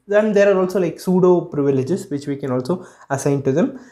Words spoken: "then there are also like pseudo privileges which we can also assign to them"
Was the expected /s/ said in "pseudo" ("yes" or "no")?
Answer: yes